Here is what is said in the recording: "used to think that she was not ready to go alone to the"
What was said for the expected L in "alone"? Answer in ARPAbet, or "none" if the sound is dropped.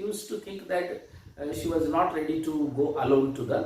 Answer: L